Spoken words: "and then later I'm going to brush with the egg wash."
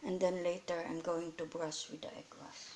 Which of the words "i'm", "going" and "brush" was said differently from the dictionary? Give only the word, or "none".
brush